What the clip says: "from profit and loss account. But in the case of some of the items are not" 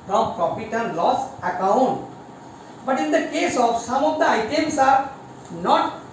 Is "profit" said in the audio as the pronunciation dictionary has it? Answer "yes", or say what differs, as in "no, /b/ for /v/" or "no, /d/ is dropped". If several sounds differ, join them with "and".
no, /p/ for /f/